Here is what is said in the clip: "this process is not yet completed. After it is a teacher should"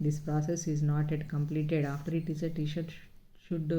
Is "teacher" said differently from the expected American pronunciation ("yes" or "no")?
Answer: yes